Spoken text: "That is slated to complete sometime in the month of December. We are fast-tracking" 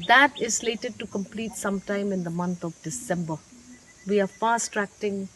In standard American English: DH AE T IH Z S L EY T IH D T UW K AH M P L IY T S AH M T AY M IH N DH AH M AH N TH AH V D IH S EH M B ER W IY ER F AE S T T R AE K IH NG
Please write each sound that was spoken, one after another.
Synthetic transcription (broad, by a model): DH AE T IH Z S L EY T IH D T UW K AH M P L IY T S AH M T AY M IH N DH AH M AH N T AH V D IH S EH M B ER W IY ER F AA S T T R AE K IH NG